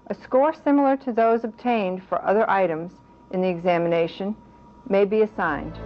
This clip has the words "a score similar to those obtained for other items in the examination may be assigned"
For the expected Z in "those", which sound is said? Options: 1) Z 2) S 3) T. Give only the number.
1